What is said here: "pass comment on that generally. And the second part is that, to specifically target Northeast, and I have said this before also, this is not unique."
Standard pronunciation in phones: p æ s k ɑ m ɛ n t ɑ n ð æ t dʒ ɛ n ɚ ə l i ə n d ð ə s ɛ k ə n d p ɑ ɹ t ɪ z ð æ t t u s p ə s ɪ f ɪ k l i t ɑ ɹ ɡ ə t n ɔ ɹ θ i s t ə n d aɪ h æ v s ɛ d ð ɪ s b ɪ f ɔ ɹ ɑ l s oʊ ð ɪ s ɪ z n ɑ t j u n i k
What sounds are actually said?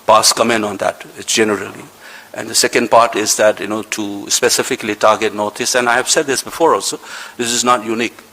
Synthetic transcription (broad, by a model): p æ s k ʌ m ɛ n ɑ n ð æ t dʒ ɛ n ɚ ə l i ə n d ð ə s ɛ k ə n d p ɑ ɹ t ɪ z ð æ t t u s p ə s ɪ f ɪ k l i t ɑ ɹ ɡ ə t n ɔ ɹ t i s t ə n aɪ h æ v s ɛ d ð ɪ s b ɪ f ɔ ɹ ɑ l s oʊ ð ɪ s ɪ z n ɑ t j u n i k